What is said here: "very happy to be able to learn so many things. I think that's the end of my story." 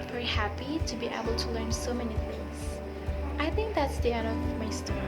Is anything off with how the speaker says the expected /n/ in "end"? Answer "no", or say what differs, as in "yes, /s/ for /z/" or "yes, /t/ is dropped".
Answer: yes, /n/ is dropped